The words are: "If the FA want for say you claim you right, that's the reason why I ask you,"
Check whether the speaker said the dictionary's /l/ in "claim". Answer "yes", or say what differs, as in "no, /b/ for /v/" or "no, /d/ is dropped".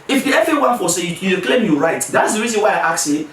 yes